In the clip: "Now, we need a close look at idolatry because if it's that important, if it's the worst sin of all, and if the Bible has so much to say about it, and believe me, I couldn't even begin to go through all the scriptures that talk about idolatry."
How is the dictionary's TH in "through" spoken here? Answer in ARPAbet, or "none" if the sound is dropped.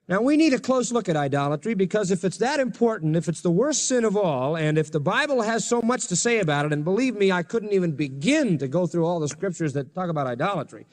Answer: TH